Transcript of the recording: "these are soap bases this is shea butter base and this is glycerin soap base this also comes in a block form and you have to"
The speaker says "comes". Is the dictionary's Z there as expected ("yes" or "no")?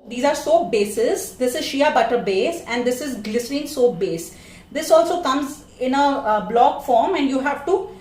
yes